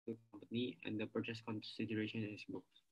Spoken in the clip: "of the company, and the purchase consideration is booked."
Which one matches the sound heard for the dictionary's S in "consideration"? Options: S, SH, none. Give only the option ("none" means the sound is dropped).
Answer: S